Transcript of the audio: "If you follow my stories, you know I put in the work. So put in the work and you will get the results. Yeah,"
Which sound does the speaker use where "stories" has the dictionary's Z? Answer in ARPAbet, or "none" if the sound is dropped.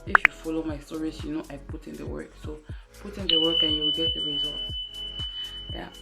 S